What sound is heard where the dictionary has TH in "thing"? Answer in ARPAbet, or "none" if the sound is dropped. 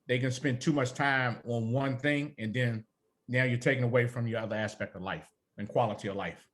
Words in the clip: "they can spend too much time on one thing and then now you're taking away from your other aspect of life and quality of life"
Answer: TH